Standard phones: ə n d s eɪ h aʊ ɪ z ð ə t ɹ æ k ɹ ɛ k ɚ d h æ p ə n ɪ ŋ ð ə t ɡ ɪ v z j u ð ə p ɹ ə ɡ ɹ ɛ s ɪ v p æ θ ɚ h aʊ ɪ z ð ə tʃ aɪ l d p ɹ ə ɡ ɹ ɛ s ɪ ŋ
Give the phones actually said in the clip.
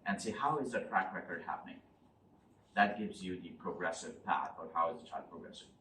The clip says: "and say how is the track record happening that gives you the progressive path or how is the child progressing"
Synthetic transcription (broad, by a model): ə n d s eɪ h aʊ ɪ z ð ə t ɹ æ k ɹ ɛ k ɚ d h æ p ə n ɪ ŋ ð ə t ɡ ɪ v z j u ð ə p ɹ ə ɡ ɹ ɛ s ɪ v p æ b ɚ h aʊ ɪ z ð ə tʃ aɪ d p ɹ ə ɡ ɹ ɛ s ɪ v